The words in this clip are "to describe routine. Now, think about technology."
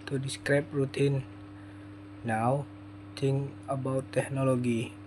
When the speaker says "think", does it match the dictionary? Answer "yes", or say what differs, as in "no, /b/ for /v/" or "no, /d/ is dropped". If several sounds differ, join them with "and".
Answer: no, /t/ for /θ/ and /k/ is dropped